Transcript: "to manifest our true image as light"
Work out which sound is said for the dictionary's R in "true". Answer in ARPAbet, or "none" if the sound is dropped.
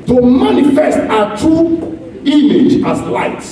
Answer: none